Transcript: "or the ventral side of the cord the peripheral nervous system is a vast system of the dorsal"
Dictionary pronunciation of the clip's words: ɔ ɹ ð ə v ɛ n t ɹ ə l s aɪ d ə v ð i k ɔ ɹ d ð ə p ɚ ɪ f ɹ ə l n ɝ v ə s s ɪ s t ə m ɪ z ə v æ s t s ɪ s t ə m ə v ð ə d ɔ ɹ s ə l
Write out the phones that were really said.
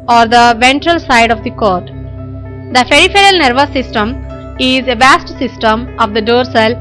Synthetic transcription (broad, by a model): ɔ ɹ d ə v ɛ n t ɹ ə l s aɪ d ə v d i k ɔ ɹ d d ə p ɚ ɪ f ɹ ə l n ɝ v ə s s ɪ s t ə m ɪ z ə v æ s t s ɪ s t ə m ə v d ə d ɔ ɹ s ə l